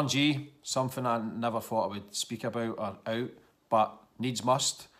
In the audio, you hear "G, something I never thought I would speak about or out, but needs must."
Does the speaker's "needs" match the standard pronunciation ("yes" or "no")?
yes